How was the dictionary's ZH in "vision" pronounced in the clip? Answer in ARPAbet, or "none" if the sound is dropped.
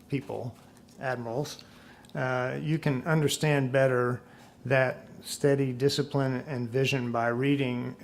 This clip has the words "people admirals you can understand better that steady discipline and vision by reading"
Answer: ZH